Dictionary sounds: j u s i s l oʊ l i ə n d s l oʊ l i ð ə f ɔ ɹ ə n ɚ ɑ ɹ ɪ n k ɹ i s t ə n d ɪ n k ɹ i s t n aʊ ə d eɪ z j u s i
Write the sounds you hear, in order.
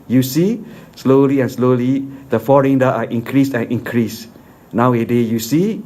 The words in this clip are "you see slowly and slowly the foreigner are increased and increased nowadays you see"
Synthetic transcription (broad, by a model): j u s i s l oʊ l i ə n s l oʊ l i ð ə f ɔ ɹ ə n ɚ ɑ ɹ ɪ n k ɹ i s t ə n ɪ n k ɹ i s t n aʊ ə d eɪ j u s i